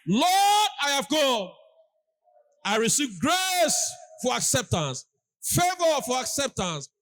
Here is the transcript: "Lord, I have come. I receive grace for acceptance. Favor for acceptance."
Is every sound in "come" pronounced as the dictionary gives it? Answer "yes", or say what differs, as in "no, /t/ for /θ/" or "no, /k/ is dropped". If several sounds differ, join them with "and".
no, /m/ is dropped